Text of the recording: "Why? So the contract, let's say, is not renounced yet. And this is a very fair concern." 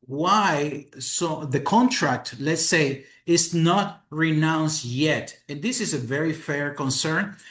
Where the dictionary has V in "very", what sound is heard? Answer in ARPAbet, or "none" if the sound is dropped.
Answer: V